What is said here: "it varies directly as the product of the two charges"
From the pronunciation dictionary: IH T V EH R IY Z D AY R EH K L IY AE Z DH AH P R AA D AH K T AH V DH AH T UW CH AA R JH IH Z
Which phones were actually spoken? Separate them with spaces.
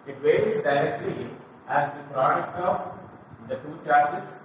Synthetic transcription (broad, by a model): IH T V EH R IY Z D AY R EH K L IY AE Z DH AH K R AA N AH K AH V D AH T UW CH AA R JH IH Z